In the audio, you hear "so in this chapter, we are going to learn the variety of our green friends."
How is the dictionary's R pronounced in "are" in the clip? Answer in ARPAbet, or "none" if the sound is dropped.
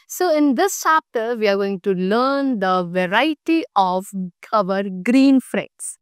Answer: R